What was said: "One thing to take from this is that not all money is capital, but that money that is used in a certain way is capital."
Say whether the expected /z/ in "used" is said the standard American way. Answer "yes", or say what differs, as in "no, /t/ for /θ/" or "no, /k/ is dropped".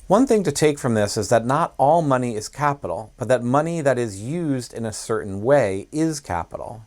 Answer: yes